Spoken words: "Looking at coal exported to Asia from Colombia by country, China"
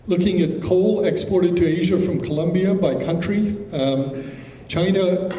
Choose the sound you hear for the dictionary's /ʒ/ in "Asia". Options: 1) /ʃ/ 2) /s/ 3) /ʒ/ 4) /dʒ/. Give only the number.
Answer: 3